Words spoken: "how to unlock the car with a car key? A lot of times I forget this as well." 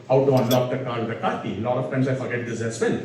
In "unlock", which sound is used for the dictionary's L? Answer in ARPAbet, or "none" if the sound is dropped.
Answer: L